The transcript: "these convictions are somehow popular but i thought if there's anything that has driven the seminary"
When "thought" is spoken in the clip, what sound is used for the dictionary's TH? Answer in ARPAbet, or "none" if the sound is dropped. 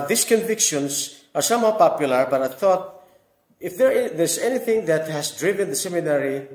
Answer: TH